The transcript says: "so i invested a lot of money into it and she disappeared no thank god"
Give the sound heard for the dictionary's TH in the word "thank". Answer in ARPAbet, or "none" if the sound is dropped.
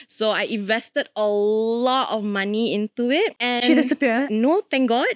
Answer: T